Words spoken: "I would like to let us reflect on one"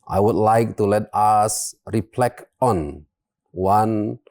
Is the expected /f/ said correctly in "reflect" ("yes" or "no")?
no